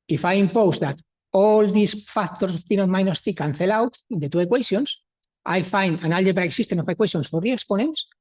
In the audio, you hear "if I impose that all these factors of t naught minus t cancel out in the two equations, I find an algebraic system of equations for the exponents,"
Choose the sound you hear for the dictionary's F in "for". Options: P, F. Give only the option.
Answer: F